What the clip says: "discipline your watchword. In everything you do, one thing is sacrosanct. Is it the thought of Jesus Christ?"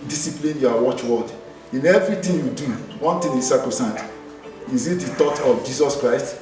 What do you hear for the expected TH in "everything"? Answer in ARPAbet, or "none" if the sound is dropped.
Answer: T